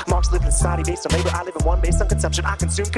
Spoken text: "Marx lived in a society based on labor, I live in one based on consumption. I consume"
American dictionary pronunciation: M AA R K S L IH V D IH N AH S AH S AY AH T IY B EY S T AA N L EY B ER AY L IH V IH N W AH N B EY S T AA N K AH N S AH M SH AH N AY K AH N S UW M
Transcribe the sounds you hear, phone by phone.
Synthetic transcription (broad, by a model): M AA R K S L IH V IH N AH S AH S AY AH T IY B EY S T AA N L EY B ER AY L IH V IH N W AH N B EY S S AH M K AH N S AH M SH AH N AY K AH N S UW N